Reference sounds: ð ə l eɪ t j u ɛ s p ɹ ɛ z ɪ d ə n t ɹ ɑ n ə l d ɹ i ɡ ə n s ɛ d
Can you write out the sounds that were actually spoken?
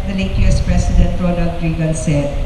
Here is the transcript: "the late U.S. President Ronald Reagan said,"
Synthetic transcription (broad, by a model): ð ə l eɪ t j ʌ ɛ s p ɹ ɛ s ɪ d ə n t ɹ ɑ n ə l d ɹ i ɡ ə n s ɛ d